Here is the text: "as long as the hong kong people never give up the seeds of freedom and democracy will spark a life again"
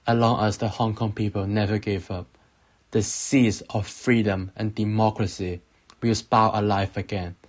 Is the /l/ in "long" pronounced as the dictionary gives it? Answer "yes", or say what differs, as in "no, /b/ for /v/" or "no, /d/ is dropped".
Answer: yes